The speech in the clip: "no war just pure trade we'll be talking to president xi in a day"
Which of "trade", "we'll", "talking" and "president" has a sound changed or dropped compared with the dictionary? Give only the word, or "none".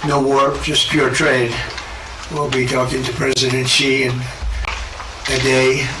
none